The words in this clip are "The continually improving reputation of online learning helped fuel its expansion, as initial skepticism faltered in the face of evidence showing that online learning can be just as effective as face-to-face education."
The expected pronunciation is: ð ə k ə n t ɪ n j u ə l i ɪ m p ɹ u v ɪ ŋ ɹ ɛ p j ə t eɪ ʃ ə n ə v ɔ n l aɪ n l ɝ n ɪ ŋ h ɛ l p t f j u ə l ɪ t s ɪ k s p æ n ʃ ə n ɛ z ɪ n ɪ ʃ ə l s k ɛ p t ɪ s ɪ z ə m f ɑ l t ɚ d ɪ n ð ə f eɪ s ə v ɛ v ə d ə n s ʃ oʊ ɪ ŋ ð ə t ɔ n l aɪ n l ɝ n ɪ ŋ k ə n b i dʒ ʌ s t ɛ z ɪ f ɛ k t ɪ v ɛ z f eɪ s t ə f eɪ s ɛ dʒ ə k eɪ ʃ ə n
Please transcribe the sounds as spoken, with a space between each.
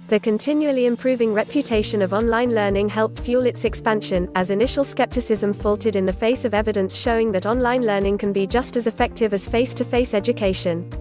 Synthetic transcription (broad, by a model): ð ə k ə n t ɪ n j u ə l i ɪ m p ɹ u v ɪ ŋ ɹ ɛ p j ə t eɪ ʃ ə n ə v ɔ n l aɪ n l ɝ n ɪ ŋ h ɛ l p t f j u l ɪ t s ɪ k s p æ n ʃ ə n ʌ z ɪ n ɪ ʃ ə l s k ɛ p t ɪ s ɪ z ə m f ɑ l t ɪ d ɪ n ð ə f eɪ s ə v ɛ v ə d ə n s ʃ oʊ ɪ ŋ ð ə t ɔ n l aɪ n l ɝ n ɪ ŋ k ə n b i dʒ ʌ s t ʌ z ɪ f ɛ k t ɪ v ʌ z f eɪ s t ə f eɪ s ɛ dʒ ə k eɪ ʃ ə n